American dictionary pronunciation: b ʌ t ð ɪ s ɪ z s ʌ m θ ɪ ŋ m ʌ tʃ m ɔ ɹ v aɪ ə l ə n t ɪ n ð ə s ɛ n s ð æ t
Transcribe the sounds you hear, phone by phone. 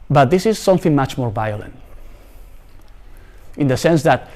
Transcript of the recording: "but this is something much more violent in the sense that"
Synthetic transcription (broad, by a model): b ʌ t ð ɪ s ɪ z s ʌ m θ ɪ ŋ m ʌ tʃ m ɔ ɹ v aɪ ə l ə n t ɪ n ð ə s ɛ n s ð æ t